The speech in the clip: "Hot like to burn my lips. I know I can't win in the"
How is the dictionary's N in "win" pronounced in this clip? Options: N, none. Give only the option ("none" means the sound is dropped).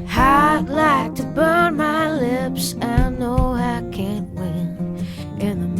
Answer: N